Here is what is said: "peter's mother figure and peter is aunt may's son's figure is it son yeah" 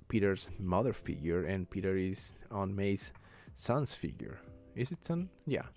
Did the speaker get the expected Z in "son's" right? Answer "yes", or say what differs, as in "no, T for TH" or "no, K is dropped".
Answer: no, S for Z